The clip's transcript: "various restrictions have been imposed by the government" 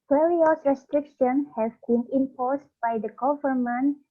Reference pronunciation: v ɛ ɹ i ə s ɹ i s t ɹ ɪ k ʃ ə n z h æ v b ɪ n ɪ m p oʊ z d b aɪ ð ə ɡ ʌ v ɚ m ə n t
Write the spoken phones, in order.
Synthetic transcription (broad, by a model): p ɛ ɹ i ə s ɹ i s t ɹ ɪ k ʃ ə n h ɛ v b ɪ n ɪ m p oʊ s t b aɪ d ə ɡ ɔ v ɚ m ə n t